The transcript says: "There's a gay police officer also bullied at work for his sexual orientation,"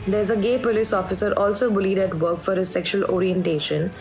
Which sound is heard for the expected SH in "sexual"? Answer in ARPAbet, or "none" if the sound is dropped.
SH